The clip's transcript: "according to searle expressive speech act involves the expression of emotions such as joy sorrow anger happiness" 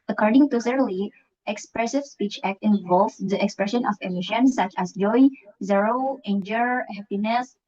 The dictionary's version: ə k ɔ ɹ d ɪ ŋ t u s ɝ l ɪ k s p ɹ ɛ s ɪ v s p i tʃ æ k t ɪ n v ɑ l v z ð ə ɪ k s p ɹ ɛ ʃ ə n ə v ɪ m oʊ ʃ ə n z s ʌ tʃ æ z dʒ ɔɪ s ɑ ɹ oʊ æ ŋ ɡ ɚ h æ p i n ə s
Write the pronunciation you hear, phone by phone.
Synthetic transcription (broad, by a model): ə k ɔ ɹ d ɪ ŋ t u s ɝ l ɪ k s p ɹ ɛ s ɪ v s p i tʃ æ k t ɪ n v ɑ l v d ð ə ɪ k s p ɹ ɛ ʃ ə n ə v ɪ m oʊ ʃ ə n s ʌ tʃ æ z dʒ ɔɪ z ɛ ɹ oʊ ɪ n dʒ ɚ h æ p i n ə s